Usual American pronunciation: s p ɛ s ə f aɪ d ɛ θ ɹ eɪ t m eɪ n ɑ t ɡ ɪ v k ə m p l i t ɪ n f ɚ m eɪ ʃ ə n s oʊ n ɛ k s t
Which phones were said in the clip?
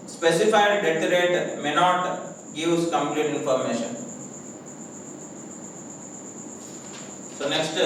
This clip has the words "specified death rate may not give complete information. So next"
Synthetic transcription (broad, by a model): s p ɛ s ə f aɪ d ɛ t ɹ eɪ t m eɪ n ɑ t ɡ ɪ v k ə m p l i t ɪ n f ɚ m eɪ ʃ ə n s oʊ n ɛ k s t